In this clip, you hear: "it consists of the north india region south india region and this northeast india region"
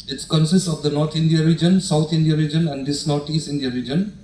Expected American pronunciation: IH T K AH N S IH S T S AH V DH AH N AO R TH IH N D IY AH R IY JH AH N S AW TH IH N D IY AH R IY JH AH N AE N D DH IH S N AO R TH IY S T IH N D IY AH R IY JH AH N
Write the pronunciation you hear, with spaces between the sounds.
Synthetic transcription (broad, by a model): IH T K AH N S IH S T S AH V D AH N AO R T IH N D IY AH R IY JH AH N S AW T IH N D IY AH R IY JH AH N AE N D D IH S N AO R T IY S T IH N D IY AH R IY JH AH N